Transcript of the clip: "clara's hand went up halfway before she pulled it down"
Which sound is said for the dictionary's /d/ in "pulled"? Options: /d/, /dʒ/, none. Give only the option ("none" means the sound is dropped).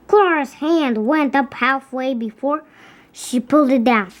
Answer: /d/